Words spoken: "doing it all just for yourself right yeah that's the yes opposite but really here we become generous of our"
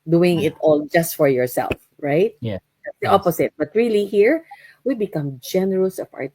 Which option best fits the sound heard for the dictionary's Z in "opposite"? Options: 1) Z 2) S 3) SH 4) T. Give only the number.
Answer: 2